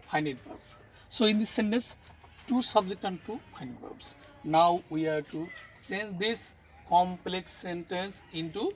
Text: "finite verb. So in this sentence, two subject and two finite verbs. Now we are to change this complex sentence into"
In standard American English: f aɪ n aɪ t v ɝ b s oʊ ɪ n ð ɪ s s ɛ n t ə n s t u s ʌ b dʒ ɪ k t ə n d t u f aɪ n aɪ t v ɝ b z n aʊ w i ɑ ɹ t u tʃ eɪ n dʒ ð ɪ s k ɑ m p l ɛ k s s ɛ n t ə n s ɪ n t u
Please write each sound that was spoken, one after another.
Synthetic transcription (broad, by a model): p aɪ n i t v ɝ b s oʊ ɪ n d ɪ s s ɛ n t ə n s t u s ʌ b dʒ ɪ k t ə n d t u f aɪ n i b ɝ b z n aʊ w i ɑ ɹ t u s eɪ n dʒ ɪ s k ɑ m p l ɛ k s s ɛ n t ə n s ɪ n t u